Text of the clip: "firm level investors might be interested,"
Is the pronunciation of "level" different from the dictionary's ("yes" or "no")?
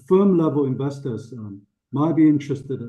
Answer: no